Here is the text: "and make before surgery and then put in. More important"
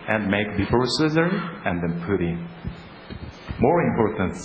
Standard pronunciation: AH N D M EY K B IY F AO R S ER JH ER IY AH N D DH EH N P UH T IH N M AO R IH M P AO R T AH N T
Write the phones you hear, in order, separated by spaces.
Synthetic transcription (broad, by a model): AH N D M EY K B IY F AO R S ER Z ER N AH N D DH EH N P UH T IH M AO R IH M P AO R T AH N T